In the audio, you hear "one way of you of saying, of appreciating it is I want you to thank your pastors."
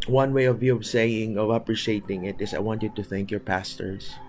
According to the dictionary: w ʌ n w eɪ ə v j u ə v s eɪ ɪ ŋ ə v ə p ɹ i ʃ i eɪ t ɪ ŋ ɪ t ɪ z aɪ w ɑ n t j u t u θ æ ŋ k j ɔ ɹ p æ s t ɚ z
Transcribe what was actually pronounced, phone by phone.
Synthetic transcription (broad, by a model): w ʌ n w eɪ ə v j u ə v s eɪ ɪ ŋ ə v ə p ɹ i ʃ i eɪ t ɪ ŋ ɪ t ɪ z aɪ w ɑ n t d t u θ æ ŋ k j ɔ ɹ p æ s t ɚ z